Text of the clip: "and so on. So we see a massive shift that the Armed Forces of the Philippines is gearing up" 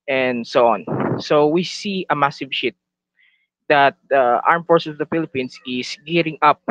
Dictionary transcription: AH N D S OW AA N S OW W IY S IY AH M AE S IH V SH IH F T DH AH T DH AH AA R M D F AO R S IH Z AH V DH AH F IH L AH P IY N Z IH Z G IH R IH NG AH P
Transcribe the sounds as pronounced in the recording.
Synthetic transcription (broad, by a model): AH N D S OW AA N S OW W IY S IY AH M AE S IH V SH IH T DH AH T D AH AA R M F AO R S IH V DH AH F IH L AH P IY N S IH S G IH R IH NG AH P